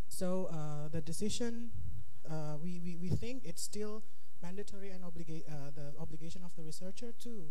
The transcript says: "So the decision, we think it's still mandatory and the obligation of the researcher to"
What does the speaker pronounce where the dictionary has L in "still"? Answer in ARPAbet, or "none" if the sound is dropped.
L